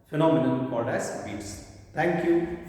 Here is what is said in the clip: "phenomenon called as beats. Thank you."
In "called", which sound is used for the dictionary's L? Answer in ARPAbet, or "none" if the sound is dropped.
none